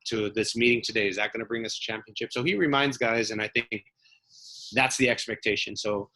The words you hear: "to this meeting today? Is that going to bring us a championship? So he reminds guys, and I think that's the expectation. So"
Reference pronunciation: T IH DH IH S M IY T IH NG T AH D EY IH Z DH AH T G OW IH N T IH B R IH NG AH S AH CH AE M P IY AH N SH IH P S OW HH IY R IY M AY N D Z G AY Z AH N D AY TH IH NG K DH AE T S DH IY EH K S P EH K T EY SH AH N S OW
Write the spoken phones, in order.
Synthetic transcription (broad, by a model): T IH DH IH S M IY T IH NG T AH D EY IH Z DH AH T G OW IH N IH B R IH NG AH S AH CH AE M P IY AH N SH IH P S OW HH IY R IY M AY N D Z G AY Z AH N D AY TH IH NG K DH AE T S DH IY EH K S P EH K T EY SH AH N S OW